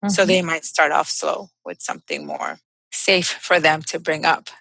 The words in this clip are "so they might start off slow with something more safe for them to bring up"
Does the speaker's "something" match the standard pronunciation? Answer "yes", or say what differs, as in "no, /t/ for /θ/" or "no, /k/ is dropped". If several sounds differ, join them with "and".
yes